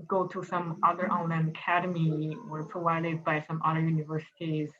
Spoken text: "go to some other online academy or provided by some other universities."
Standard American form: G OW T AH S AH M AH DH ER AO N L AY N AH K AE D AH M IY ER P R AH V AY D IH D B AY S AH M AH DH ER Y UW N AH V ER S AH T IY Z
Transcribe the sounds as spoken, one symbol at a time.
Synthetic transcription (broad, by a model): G OW T AH S AH M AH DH ER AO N AY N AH K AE D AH M IY ER P R AH V AY D IH D B AY S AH M AH DH ER Y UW N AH V ER S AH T IY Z